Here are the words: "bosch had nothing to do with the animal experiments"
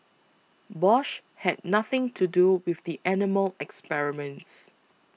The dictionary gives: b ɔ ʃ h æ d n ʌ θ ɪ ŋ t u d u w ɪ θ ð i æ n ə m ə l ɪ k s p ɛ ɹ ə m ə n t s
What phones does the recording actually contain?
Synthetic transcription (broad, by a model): b ɔ ʃ h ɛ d n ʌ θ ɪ ŋ t u d u w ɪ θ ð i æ n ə m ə l ɪ k s p ɛ ɹ ə m ə n t s